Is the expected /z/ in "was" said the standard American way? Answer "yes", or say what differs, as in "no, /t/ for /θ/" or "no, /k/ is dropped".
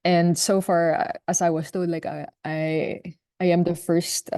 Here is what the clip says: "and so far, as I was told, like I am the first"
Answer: no, /s/ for /z/